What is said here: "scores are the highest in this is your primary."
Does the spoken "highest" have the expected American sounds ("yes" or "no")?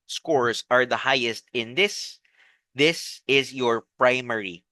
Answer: yes